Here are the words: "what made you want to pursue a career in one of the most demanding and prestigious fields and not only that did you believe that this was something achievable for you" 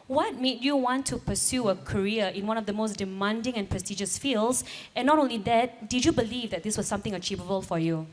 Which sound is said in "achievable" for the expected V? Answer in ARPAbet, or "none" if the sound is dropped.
V